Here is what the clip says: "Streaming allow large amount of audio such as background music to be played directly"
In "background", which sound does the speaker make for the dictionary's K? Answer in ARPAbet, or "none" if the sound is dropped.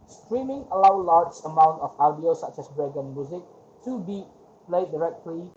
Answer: none